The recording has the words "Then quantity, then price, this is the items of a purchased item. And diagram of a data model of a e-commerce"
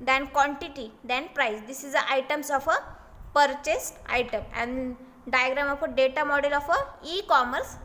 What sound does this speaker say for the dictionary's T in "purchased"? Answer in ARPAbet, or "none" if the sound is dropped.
T